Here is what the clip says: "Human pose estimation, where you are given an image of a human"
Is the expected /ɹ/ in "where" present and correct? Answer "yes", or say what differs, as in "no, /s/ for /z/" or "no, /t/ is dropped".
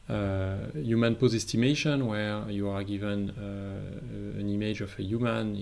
yes